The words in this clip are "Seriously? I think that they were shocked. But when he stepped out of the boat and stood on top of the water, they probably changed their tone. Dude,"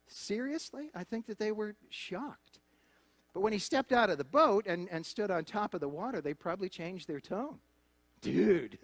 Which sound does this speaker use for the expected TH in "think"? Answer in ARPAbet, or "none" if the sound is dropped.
TH